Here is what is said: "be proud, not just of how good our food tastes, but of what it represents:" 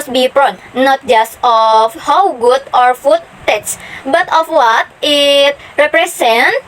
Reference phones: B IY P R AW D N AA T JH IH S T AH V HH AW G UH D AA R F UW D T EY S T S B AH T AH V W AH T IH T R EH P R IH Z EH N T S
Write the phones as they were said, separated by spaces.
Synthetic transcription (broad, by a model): B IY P R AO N N AA T JH IH S T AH F HH AW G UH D AA R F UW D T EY T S B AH T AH F W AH T IH T R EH P R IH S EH N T